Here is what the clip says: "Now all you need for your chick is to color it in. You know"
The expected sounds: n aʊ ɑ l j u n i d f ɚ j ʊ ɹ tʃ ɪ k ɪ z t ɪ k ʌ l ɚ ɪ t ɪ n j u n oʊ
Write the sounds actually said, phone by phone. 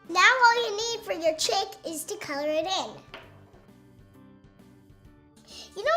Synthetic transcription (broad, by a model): n aʊ ɑ l j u n i d f ɚ j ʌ ɹ tʃ ɪ k ɪ z t ɪ k ʌ l ɚ ɪ t ɪ n j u n oʊ